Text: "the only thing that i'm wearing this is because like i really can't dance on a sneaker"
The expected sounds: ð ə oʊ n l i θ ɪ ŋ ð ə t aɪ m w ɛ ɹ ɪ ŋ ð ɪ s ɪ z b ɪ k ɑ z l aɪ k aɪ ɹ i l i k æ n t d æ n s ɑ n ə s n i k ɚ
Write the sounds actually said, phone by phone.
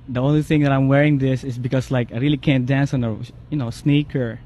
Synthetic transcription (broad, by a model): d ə oʊ n l i θ ɪ ŋ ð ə t aɪ m w ɛ ɹ ɪ ŋ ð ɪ s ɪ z b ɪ k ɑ s l aɪ k aɪ ɹ i l i k æ n t d æ n s ɑ n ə s n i k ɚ